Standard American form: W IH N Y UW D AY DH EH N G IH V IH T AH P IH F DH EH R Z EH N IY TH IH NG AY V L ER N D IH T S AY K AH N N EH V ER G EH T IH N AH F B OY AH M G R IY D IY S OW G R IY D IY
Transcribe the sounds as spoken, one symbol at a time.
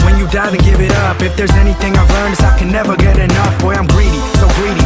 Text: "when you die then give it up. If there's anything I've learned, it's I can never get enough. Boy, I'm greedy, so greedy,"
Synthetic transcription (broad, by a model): W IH N Y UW D AY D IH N G IH V IH T AH P IH F DH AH R Z EH N IY TH IH NG AY V L ER N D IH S AY K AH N N EH V ER G EH T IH N AH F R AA AH M G R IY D IY S OW G R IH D IY